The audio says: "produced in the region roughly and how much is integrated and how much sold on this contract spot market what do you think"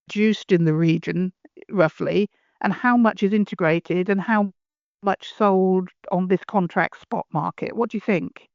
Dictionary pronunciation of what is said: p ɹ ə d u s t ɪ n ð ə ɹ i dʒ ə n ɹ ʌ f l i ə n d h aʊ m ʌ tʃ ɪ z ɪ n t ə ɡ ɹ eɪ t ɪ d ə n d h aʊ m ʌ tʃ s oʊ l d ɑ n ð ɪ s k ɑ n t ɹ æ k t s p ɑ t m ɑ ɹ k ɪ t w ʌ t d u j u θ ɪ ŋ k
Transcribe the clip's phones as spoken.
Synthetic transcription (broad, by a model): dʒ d u s t ɪ n ð ə ɹ i dʒ ə n ɹ ʌ f l i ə n h aʊ m ʌ tʃ ɪ z ɪ n t ə ɡ ɹ eɪ t ɪ d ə n h aʊ m ʌ tʃ s oʊ l d n ð ɪ s k ɑ n t ɹ æ k t s p ɑ t m ɑ ɹ k ɪ t w ʌ t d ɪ j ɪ θ ɪ ŋ k